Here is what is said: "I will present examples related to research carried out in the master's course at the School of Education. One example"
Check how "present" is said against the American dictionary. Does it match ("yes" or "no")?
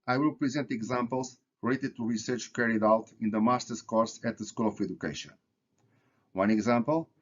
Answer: yes